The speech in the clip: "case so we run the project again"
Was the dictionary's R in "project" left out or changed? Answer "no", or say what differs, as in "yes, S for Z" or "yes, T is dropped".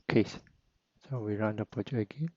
yes, R is dropped